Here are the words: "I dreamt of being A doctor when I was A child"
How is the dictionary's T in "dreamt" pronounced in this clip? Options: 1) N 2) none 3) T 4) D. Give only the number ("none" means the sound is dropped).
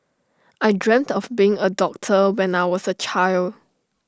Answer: 3